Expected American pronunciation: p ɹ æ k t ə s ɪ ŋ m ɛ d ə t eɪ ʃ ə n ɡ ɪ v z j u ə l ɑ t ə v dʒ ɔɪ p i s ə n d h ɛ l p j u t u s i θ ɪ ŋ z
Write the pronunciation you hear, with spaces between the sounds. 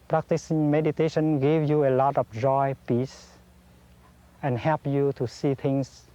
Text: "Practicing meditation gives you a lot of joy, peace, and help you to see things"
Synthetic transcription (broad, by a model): p ɹ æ k t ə s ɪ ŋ m ɛ d ə t eɪ ʃ ə n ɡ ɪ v j u ə l ɑ t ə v dʒ ɔɪ p i s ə n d h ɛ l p j u t u s i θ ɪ ŋ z